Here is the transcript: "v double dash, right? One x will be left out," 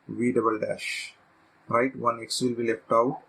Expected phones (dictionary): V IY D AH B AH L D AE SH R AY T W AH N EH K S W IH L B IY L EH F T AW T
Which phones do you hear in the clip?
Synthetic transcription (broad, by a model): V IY D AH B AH L D AE SH R AY T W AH N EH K S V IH L B IY L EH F T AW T